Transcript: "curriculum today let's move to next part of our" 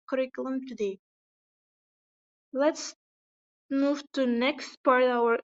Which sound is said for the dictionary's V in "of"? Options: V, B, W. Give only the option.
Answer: W